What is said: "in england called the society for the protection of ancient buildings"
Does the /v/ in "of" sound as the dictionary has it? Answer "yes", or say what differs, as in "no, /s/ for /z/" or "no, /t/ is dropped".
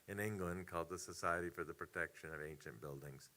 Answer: yes